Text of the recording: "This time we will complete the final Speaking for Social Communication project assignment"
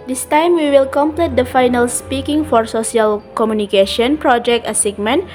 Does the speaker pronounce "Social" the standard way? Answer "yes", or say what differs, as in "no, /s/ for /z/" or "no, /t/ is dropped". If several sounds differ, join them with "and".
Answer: no, /s/ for /ʃ/